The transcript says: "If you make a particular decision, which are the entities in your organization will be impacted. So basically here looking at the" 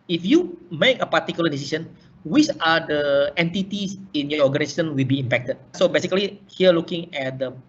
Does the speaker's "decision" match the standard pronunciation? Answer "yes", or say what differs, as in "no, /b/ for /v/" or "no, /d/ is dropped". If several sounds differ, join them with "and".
no, /s/ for /ʒ/